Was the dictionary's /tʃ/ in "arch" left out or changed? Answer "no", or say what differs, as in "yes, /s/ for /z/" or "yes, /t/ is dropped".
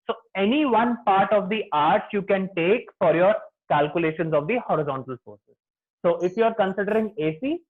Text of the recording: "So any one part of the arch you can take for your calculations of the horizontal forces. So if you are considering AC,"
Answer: yes, /s/ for /tʃ/